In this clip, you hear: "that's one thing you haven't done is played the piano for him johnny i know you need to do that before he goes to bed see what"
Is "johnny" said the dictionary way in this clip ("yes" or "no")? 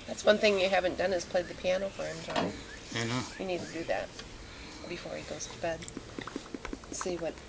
no